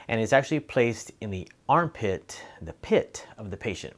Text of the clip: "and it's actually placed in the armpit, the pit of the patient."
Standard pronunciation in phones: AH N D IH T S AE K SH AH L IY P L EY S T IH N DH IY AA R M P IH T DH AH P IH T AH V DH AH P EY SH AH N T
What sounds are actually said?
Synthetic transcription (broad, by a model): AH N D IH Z AE K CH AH L IY P L EY S T IH N DH IY AA R M P IH T DH AH P IH T AH V DH AH P EY SH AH N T